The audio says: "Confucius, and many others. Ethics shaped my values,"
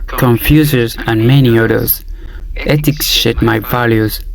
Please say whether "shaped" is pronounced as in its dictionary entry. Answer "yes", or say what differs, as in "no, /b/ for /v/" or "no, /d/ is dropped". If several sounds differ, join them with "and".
no, /p/ is dropped